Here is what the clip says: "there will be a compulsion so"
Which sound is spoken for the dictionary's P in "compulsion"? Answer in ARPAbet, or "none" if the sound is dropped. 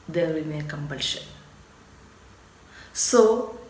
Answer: B